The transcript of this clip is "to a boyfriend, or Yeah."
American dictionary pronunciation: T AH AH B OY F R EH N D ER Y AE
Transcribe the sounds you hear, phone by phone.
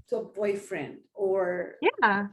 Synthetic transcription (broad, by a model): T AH AH B OY F R EH N D ER Y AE